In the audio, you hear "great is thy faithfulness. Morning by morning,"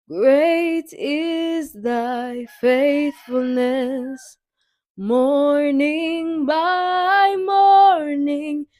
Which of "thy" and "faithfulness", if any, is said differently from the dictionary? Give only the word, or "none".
none